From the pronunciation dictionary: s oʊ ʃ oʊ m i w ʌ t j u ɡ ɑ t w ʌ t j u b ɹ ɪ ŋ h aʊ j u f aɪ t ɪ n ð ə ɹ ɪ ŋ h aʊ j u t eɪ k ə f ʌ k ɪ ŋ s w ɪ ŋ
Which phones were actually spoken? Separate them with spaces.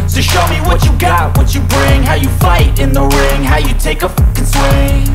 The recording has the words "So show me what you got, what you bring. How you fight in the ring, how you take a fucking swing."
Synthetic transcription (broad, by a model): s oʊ ʃ oʊ m i w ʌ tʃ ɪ ɡ ɑ t w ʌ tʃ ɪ b ɹ ɪ ŋ h aʊ j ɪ f aɪ t ɪ n ð ə ɹ ɪ ŋ h aʊ j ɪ t eɪ ə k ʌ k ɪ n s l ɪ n